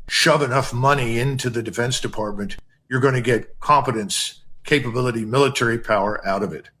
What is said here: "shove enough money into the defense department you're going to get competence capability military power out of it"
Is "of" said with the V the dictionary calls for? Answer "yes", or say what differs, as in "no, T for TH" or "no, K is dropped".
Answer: yes